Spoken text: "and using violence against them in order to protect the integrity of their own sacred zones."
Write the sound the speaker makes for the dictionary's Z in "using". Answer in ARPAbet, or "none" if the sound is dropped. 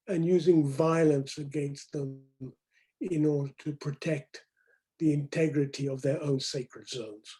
Z